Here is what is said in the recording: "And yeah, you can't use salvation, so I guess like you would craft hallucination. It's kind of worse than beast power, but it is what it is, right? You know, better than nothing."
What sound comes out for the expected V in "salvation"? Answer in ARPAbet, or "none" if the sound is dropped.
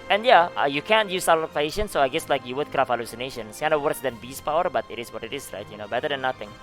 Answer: P